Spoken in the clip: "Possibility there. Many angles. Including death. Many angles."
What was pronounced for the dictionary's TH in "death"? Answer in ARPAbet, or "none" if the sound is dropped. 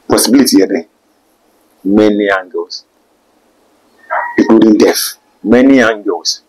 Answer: F